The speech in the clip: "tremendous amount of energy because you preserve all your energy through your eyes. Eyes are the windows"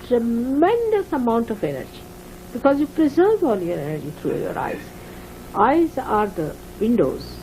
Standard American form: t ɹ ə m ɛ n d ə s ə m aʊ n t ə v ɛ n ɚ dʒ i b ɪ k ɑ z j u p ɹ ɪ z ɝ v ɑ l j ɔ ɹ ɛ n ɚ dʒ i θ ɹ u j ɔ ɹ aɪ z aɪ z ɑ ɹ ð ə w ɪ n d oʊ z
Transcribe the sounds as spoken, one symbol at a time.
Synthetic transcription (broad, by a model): t ɹ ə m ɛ n d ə s ə m aʊ n t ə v ɛ n ɚ dʒ i b ɪ k ɑ z j u p ɹ ɪ z ɝ v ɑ n j ɔ ɹ ɛ n ɚ dʒ i t ɹ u j ɔ ɹ aɪ z aɪ z ɑ ɹ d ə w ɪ n d oʊ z